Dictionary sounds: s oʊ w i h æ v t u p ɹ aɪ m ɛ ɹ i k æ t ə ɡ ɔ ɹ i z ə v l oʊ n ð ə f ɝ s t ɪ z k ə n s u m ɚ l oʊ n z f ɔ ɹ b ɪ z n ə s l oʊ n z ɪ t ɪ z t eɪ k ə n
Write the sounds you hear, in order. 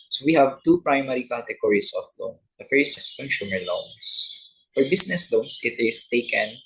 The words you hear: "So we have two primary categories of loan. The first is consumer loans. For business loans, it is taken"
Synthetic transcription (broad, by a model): s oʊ w i h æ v t u p ɹ aɪ m ɛ ɹ i k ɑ t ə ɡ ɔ ɹ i s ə f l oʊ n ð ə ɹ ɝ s ɪ s k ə n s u m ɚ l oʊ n s f ɔ ɹ b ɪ s n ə s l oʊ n s ɪ t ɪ s t eɪ k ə n